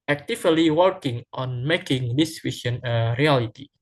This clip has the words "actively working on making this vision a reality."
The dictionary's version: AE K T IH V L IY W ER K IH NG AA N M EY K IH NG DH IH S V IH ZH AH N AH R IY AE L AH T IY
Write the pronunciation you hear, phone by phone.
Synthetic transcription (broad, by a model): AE K T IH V L IY W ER K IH NG AA N M EY K IH NG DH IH S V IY S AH N AH R IY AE L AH T IY